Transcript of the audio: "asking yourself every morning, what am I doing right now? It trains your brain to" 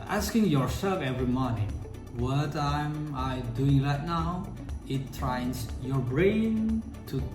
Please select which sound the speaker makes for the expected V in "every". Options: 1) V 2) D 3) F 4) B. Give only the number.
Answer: 1